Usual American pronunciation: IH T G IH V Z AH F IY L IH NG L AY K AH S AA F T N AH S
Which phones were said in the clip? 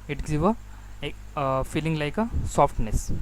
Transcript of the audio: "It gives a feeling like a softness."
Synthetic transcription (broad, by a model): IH T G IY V AH F IY L IH NG L AY K AH S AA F T N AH S